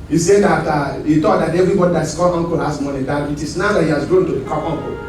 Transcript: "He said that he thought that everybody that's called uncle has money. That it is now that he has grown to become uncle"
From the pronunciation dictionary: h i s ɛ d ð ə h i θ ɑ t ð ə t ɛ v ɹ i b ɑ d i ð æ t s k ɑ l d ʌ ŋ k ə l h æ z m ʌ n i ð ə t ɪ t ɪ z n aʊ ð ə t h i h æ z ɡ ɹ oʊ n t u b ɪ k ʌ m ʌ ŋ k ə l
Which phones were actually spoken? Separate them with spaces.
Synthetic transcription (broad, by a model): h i s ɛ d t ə h i t ɑ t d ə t ɛ v ɹ i b ɑ d i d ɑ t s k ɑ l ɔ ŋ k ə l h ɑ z m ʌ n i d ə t ɪ t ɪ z n aʊ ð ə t h i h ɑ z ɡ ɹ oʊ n t u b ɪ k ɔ ɔ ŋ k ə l